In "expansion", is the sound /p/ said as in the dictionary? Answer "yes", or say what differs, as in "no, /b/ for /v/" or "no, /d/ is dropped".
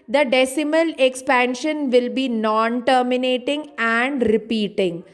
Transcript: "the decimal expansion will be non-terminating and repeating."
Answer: yes